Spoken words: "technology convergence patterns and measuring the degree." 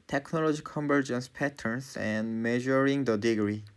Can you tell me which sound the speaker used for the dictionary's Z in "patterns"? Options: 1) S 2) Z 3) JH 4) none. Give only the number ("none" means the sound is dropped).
1